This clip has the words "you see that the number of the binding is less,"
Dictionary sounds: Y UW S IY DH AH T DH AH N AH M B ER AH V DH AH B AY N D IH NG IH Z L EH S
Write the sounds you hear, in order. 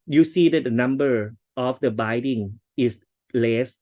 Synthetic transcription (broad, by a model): Y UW S IY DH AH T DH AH N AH M B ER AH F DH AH B AY D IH NG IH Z L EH S